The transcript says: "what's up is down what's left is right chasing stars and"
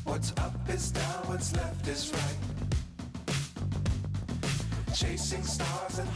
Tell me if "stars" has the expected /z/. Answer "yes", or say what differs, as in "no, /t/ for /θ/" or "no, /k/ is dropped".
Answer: yes